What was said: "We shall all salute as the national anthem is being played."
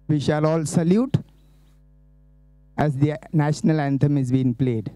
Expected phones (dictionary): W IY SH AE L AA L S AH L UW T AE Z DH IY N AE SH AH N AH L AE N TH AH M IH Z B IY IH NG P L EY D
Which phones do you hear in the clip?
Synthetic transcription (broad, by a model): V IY SH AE L AA L S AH L UW T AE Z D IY N AE SH AH N AH L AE N T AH M IH Z B IY IH NG P L EY D